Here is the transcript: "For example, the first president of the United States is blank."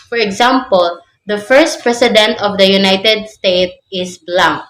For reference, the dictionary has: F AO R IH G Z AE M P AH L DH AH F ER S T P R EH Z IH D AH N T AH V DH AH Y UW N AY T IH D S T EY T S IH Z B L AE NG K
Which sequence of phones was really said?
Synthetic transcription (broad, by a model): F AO R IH G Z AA M P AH L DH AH F ER S T P R EH S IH D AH N T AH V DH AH Y UW N AY T IH D S T EY T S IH S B L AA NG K